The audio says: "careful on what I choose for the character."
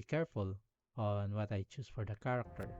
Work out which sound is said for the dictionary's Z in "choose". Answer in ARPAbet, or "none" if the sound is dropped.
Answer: S